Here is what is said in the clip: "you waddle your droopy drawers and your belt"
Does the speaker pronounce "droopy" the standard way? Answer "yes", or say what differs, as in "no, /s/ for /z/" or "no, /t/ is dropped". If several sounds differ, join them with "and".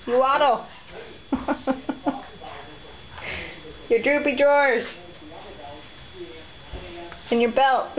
yes